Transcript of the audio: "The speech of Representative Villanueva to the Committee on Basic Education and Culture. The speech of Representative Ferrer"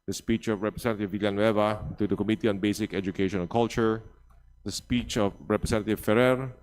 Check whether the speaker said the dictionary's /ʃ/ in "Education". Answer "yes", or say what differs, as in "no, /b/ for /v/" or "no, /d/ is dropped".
no, /ʃ/ is dropped